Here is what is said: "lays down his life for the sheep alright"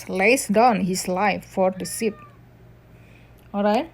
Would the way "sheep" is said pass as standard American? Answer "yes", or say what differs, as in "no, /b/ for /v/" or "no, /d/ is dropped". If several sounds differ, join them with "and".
no, /s/ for /ʃ/